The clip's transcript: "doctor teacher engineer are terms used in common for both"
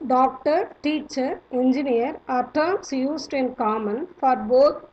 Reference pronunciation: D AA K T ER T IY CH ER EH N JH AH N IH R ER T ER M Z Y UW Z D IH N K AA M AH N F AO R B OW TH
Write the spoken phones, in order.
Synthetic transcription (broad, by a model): D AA K T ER T IY CH ER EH N JH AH N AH R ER T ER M S Y UW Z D IH N K AA M AH N F AO R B OW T